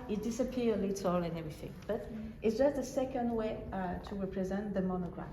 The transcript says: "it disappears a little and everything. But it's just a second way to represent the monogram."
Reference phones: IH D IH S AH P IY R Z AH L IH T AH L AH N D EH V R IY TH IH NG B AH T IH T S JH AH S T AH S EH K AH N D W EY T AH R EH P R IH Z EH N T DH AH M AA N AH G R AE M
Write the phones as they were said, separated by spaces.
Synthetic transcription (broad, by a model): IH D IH S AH P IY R AH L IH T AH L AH N EH V R IY TH IH NG B AH T IH T S JH AH S T AH S EH K AH N D W EY T AH R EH P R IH Z EH N DH AH M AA N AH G R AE